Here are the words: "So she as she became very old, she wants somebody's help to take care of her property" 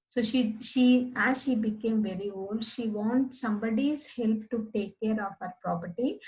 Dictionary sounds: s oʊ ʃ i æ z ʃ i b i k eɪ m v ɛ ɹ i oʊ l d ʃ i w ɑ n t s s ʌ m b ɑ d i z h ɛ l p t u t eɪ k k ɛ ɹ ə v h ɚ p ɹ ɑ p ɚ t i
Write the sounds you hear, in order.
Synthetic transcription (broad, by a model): s oʊ ʃ i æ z ʃ i b i k eɪ m v ɛ ɹ i oʊ l d ʃ i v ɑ n t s s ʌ m b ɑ d i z h ɛ l p t u t eɪ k k ɛ ɹ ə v h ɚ p ɹ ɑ p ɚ t i